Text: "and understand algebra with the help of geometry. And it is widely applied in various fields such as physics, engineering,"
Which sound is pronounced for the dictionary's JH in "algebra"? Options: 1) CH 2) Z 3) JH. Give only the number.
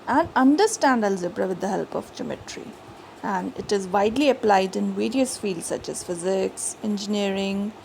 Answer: 2